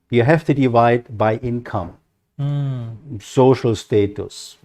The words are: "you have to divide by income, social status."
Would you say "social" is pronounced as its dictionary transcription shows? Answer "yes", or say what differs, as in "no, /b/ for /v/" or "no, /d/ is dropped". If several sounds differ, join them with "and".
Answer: yes